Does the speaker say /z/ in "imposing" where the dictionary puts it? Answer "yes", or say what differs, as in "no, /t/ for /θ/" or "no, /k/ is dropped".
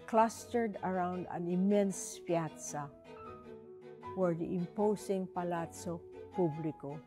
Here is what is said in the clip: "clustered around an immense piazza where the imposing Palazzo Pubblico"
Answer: no, /s/ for /z/